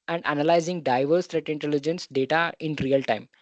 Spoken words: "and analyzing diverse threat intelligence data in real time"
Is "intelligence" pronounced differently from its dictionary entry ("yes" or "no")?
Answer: no